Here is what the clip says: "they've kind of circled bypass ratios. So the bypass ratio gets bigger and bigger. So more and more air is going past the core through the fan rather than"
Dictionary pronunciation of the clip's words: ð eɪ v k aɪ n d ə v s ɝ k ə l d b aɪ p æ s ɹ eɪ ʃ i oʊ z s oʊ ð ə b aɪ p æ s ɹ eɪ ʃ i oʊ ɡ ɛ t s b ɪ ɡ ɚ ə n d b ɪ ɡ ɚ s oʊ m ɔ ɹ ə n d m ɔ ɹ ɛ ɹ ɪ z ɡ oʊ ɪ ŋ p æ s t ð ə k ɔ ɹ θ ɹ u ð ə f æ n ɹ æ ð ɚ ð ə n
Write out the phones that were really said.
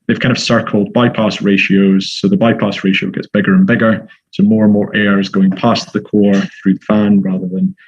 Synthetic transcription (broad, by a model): ð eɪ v k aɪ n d ə v s ɝ k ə l d b aɪ p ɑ s ɹ eɪ ʃ i oʊ z s oʊ ð ə b aɪ p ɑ s ɹ eɪ ʃ i oʊ ɡ ɛ t s b ɪ ɡ ɚ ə n b ɪ ɡ ɚ s oʊ m ɔ ɹ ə n m ɔ ɹ ɛ ɹ ɪ z ɡ oʊ ɪ ŋ p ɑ s ð ə k ɔ ɹ θ ɹ u ð ə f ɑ n ɹ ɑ ð ɚ ð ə n